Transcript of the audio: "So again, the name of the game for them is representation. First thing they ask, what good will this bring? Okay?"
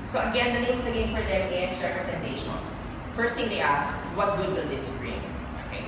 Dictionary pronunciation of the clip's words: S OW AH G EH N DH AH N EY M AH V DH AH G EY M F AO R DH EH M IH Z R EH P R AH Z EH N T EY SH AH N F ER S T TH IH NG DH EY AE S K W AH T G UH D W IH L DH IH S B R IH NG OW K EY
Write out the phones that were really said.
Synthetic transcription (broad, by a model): S OW AH G EH N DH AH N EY AH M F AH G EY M F AO R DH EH M IH S R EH P R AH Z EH N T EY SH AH N F ER S T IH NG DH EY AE S K W AH T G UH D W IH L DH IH S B R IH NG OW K EY